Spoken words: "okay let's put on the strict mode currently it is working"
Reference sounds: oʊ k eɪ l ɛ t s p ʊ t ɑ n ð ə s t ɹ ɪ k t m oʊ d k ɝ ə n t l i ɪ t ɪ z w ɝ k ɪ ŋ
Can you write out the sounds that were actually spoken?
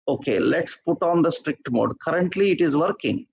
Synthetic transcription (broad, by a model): oʊ k eɪ l ɛ t s p ʊ t ɑ n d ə s t ɹ ɪ k t m oʊ d k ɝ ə n t l i ɪ t ɪ z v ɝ k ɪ ŋ